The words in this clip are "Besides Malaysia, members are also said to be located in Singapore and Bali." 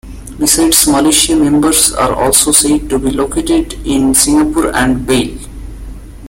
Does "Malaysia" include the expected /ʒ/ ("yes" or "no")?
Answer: no